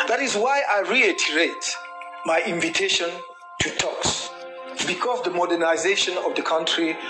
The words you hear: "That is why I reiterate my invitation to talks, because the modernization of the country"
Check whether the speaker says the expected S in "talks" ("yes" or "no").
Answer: yes